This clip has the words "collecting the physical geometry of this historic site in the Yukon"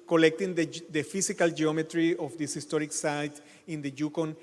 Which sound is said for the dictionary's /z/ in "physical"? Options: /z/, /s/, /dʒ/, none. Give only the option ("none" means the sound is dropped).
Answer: /s/